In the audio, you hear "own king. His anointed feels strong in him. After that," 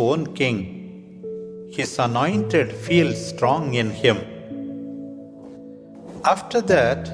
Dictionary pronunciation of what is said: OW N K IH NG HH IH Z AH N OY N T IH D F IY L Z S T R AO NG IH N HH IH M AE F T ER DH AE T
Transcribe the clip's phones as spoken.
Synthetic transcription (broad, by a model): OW N K IH NG HH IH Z AH N OY N T IH D F IY L S T R AO NG IH N HH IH M AE F T ER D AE T